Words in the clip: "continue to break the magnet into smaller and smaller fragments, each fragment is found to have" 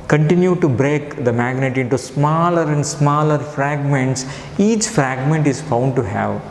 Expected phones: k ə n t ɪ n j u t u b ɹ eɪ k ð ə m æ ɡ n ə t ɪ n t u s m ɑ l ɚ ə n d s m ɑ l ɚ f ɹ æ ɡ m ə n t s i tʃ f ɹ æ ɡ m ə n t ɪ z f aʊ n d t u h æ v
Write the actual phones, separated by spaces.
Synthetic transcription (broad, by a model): k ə n t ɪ n j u t u b ɹ eɪ k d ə m æ ɡ n ə t ɪ n t u s m ɑ l ɚ ə n d s m ɑ l ɚ f ɹ æ ɡ m ə n t s i tʃ f ɹ æ ɡ m ə n t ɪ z f aʊ n d t u h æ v